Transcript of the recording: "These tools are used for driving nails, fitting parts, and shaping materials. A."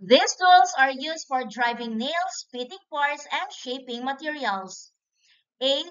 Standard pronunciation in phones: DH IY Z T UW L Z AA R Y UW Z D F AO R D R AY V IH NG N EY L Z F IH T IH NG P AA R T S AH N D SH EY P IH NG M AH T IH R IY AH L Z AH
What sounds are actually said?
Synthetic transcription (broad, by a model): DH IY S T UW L S AA R Y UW S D F AO R D R AY V IH NG N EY L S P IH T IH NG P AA R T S AH N D SH EY P IH NG M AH T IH R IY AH L S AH